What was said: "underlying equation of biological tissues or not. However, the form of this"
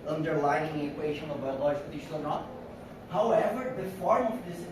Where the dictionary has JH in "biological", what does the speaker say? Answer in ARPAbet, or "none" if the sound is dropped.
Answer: none